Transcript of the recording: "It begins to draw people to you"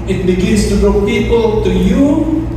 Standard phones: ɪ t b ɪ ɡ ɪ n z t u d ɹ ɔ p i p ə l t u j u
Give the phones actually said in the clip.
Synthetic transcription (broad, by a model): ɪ t b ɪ ɡ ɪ n s t u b ɹ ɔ p i p ə l t u j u